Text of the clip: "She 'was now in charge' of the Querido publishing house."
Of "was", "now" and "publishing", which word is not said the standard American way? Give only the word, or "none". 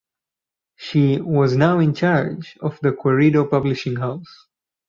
none